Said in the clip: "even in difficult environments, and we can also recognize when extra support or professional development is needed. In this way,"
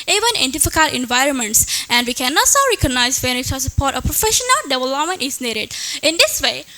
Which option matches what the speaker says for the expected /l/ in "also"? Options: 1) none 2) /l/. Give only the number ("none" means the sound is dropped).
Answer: 1